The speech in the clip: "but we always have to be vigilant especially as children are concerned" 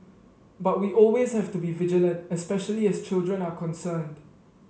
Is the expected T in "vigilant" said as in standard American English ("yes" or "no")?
yes